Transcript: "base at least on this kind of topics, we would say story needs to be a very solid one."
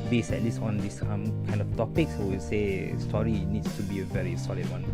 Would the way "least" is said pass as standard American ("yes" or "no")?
no